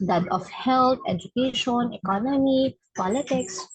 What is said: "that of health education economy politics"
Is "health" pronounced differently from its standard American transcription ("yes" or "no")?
yes